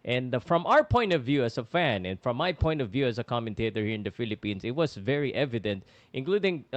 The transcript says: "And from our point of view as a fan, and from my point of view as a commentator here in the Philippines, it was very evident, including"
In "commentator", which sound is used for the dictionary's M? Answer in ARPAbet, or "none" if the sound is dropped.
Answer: M